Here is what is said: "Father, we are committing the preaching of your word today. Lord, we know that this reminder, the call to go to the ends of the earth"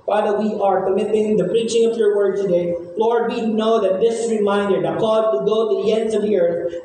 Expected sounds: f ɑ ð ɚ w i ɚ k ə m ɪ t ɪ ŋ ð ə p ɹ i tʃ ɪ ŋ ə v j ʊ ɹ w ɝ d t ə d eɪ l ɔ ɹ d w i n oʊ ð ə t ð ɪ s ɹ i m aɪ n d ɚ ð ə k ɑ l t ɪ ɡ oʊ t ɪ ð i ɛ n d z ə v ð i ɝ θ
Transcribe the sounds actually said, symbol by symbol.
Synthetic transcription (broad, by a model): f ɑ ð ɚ w i ɚ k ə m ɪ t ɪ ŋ ð ə p ɹ i tʃ ɪ ŋ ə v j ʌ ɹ w ɝ d t ə d eɪ l ɔ ɹ d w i n oʊ ð ə t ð ɪ s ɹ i m aɪ n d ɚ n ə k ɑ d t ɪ ɡ oʊ t ɪ ð i ɛ n d z ə v ð i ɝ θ